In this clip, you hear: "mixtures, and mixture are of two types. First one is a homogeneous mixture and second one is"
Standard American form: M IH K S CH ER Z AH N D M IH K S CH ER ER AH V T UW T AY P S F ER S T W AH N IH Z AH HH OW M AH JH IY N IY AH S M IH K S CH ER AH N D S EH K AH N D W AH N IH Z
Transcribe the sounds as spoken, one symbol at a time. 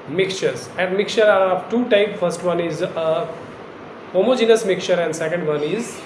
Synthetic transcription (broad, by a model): M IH K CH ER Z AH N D M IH K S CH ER ER AH V T UW T AY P F ER S T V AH N IH Z AH HH OW M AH JH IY N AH S M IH K CH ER AH N D S EH K AH N D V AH N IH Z